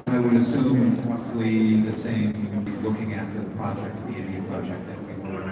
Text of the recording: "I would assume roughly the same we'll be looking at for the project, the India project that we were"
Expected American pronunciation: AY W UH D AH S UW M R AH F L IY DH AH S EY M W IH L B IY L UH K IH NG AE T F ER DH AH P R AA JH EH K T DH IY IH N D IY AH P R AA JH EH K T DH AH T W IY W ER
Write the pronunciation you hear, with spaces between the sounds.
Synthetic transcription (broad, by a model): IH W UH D AH S UW M R AH F L IY DH AH S EY M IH W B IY L UH K IH NG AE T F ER DH AH P R AA JH EH K T DH IY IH D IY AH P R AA JH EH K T DH AH T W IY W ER